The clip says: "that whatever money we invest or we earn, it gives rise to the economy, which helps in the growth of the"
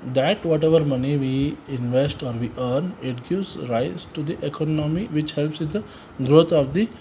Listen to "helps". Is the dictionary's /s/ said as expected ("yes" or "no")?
yes